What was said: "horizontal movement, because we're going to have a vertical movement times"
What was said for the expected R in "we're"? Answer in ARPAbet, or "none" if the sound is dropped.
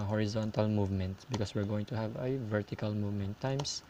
R